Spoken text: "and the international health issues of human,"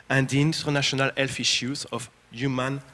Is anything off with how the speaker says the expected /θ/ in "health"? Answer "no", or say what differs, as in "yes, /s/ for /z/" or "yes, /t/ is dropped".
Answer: yes, /f/ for /θ/